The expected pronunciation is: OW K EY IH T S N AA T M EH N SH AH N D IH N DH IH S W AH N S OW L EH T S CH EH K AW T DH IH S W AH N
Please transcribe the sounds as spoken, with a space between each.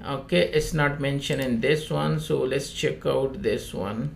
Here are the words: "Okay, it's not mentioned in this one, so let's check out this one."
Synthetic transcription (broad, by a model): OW K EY IH T S N AA T M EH N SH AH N IH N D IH S W AH N S OW L EH T S CH EH K AW T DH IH S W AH N